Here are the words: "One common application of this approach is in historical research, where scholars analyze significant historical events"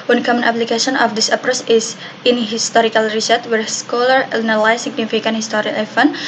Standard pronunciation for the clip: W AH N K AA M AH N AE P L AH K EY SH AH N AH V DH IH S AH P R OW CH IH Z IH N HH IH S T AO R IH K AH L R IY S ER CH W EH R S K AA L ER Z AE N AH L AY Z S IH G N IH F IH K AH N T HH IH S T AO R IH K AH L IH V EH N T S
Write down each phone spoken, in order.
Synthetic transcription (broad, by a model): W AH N K AA M AH N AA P L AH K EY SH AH N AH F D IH S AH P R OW S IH S IH N HH IH S T AO R IH K AH L R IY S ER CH W EH R S K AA L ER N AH L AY S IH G N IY F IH K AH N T HH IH S T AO R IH AH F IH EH N